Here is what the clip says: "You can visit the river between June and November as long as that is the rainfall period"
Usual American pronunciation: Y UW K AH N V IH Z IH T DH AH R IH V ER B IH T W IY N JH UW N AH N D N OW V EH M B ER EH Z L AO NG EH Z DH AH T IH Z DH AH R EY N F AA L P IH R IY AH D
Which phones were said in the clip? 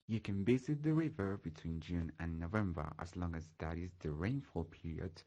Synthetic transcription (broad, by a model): Y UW K AH N B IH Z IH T DH AH R IH V ER B IH T W IY N JH UW N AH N N OW V EH M B ER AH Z L AO NG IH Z DH AH T IH Z DH AH R EY N F AA L P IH R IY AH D